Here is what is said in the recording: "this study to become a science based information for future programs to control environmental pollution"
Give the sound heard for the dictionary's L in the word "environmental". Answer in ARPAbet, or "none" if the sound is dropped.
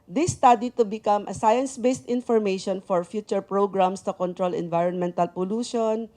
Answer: L